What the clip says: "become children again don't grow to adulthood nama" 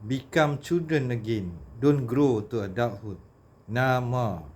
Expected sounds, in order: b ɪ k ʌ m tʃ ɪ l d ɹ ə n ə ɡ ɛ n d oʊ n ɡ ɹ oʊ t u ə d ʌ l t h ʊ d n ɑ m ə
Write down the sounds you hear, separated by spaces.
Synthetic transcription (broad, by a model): b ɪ k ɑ m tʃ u d ə n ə ɡ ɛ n d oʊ n ɡ ɹ oʊ t u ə d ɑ t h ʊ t n ɑ m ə